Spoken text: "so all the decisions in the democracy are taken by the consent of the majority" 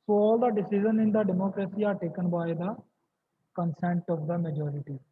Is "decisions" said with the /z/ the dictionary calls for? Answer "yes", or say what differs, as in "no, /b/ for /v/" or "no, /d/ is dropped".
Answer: no, /z/ is dropped